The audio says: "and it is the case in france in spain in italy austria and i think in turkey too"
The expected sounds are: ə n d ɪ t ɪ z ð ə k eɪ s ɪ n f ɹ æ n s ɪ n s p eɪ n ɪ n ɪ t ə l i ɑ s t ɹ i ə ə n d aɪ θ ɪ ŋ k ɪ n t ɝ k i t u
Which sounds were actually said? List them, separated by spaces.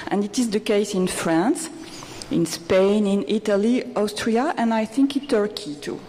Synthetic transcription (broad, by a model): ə n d ɪ t ɪ z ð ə k eɪ s ɪ n f ɹ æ n s ɪ n s p eɪ n ɪ n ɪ t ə l i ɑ s t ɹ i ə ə n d aɪ θ ɪ ŋ k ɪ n t ɝ k i t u